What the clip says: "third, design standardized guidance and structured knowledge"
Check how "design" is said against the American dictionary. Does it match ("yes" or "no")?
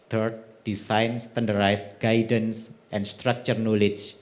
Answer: no